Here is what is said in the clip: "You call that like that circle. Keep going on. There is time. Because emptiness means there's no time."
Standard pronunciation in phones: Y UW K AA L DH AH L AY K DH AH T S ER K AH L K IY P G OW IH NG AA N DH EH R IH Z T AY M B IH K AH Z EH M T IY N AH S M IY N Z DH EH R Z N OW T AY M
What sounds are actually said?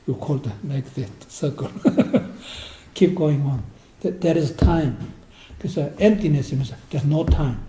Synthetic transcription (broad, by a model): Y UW K AA L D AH L AY K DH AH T S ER K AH L K IY P G OW IH NG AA N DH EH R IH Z T AY M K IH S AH EH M T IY N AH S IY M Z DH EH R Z N OW T AY M